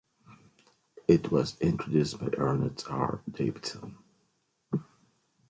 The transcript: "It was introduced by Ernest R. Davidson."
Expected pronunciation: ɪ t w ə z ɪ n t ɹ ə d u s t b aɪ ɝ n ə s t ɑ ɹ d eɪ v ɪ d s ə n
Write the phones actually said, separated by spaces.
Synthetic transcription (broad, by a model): ɪ t w ə z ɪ n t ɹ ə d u s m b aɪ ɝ n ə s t ɑ ɹ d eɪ ɪ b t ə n